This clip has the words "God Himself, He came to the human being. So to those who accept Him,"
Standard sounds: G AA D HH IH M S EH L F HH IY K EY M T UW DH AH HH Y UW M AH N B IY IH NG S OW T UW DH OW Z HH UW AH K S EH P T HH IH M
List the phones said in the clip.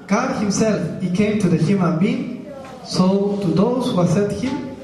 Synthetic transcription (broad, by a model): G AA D HH IH M S EH L F HH IY K EY M T UW DH AH HH Y UW M AH N B IY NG S OW T UW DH OW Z HH UW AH S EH T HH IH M